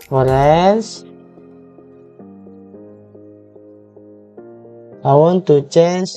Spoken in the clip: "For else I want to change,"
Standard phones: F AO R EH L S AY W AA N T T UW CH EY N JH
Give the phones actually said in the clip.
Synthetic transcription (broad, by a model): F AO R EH N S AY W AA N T T UW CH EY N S